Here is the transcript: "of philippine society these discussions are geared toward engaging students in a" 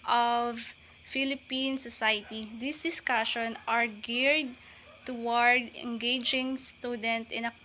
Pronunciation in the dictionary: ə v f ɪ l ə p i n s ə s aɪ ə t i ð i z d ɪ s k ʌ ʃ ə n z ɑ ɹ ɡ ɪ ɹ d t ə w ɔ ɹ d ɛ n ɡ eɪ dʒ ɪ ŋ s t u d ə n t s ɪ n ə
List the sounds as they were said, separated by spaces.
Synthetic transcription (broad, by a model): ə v f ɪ l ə p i n s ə s aɪ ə t i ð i s d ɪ s k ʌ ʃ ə n ɑ ɹ ɡ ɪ ɹ d t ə w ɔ ɹ d ɛ n ɡ eɪ dʒ ɪ ŋ s t u d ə n t ɪ n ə